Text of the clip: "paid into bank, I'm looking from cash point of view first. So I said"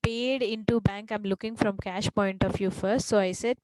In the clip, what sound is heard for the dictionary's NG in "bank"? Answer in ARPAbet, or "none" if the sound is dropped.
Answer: NG